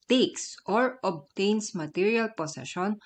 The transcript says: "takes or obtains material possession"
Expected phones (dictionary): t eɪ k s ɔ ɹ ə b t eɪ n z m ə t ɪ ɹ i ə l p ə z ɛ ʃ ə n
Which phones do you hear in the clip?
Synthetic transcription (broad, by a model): t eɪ k s ɔ ɹ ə b t eɪ n s m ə t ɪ ɹ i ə l p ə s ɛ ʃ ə n